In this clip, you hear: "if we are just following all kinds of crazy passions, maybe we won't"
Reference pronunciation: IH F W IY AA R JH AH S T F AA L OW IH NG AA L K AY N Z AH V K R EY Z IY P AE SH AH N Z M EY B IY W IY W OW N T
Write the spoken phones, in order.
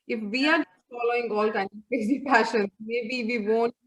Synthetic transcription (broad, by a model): IH F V IY AA R JH AH S T F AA L OW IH NG AA L K AY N AH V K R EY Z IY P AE SH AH N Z M EY B IY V IY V OW N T